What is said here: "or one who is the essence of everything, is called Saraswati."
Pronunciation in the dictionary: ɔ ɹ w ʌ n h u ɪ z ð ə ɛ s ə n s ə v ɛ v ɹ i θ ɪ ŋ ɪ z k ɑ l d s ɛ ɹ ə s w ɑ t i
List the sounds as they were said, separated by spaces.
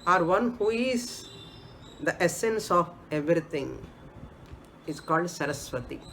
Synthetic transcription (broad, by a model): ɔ ɹ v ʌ n h u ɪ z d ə ɛ s ə n s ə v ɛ v ɹ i t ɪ ŋ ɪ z k ɑ l d s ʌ ɹ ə s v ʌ t i